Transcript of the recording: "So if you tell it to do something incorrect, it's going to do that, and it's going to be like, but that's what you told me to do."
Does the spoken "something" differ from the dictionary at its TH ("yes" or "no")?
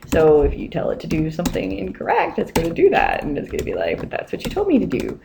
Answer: no